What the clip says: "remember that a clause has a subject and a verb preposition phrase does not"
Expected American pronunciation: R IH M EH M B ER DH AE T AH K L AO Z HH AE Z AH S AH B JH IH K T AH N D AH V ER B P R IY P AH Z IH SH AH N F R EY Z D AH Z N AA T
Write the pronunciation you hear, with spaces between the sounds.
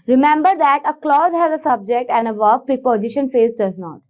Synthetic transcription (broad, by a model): R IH M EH M B ER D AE T AH K L AO Z HH AE Z AH S AH B JH IH K T AH N D AH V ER P R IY P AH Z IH SH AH N F EY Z D AH Z N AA T